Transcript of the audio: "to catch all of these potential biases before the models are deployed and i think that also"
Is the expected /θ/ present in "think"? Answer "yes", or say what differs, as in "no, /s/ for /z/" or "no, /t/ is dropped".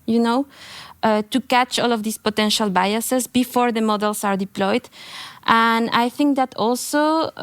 yes